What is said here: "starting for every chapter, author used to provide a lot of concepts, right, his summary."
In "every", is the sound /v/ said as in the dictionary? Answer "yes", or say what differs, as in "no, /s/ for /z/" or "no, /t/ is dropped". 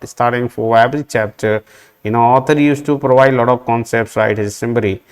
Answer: no, /b/ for /v/